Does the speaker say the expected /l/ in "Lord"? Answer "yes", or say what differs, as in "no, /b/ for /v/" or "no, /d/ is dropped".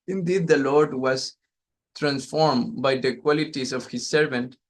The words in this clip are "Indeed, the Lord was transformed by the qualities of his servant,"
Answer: yes